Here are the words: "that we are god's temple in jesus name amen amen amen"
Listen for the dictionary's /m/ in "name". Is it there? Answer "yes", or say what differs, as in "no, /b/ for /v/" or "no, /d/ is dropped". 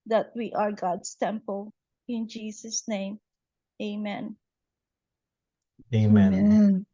no, /m/ is dropped